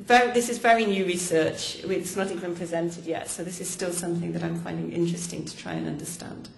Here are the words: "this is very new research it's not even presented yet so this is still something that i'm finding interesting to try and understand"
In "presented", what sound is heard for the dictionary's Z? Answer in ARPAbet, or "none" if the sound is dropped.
Z